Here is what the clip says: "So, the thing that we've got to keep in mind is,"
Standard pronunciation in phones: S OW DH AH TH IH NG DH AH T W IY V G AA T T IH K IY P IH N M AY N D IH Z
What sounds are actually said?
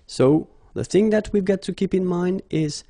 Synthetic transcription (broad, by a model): S OW DH AH TH IH NG DH AH T W IY V G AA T T IH K IY P IH N M AY N D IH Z